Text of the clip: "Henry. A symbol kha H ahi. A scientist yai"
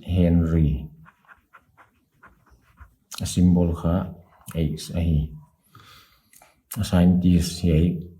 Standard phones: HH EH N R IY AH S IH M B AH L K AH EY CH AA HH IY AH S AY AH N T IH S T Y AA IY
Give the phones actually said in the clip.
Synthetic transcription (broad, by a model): HH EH N R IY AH S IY M B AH L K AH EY S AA HH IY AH S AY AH N T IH S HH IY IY